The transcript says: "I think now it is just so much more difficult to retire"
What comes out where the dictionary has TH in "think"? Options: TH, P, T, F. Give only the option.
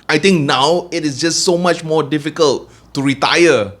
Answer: T